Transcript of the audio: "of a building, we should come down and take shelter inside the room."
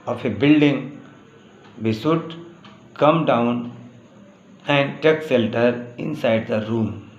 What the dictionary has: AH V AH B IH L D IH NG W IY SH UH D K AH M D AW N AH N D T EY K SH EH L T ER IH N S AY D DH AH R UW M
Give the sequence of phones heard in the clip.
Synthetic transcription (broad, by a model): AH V AH B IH L D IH NG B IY S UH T K AH M D AW N AH N D T EY K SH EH L T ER IH N S AY D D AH R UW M